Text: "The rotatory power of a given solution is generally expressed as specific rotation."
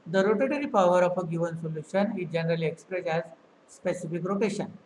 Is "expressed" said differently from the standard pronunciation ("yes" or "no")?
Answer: yes